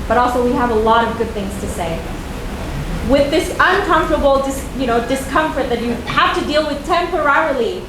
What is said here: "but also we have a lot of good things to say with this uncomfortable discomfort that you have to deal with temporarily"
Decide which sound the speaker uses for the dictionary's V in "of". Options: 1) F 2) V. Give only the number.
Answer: 2